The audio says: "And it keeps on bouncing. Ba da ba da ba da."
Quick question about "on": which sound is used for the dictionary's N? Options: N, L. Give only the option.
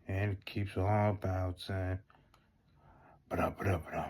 L